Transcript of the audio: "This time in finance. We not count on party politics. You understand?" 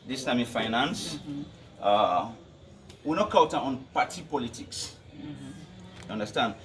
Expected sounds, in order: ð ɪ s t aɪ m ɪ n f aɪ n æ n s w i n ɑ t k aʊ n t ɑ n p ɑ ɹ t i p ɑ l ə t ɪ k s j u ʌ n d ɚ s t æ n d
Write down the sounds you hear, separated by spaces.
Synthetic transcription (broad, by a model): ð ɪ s t aɪ m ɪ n f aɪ n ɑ n s w i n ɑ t k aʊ t ɑ n p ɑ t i p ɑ l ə t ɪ k s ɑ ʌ n d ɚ s t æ n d